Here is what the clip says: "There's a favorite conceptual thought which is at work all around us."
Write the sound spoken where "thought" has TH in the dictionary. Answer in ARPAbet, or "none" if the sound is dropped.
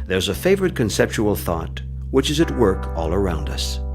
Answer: TH